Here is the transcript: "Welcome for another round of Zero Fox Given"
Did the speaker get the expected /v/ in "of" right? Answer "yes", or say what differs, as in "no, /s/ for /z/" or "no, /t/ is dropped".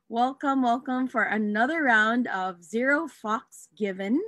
yes